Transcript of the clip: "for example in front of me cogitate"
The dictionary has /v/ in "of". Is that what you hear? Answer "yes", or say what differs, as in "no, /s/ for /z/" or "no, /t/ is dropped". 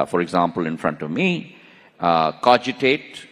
yes